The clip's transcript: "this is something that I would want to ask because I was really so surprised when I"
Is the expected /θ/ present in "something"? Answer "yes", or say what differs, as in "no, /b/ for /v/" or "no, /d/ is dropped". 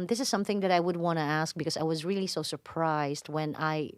yes